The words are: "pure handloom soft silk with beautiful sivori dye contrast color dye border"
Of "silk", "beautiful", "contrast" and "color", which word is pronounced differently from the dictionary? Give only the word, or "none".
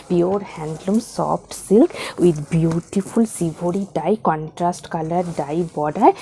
none